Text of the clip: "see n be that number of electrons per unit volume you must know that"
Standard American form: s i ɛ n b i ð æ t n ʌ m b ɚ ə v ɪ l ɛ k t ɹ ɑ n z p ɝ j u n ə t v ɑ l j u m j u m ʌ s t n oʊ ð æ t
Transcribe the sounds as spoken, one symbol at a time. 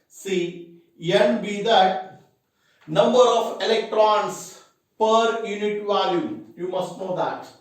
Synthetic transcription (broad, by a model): s i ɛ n b i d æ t n ʌ m b ɚ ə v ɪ l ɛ k t ɹ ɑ n s p ɝ j u n ə t v ɑ l j u m j u m ʌ s t n oʊ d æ t